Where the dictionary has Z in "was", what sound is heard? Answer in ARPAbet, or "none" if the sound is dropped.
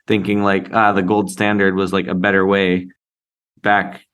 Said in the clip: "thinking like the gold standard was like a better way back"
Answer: Z